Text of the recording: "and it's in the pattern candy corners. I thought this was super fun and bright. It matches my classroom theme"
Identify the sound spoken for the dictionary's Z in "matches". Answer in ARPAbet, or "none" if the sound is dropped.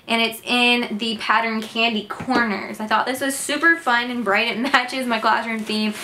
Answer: Z